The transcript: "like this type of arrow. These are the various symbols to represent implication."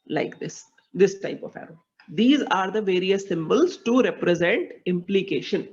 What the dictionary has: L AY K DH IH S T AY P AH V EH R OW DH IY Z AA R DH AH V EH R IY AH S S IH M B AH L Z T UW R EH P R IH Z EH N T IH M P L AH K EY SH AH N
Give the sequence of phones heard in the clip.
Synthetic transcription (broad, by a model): L AY K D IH S T AY P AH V EH R OW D IY Z AA R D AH V EH R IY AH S S IH M B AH L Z T UW R EH P R IH Z EH N T IH M P L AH K EY SH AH N